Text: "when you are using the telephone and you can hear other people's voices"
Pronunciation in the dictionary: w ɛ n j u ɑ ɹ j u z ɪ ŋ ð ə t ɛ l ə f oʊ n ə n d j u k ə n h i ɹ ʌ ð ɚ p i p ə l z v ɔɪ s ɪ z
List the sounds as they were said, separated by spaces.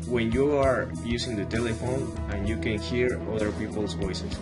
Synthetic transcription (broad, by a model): w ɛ n j u ɑ ɹ j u s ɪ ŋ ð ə t ɛ l ə f oʊ n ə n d j u k ə n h i ɹ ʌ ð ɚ p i p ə l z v ɔɪ s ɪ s